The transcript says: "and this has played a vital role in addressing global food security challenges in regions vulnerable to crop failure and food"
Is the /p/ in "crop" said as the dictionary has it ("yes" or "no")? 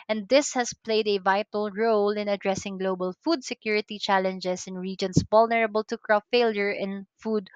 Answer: no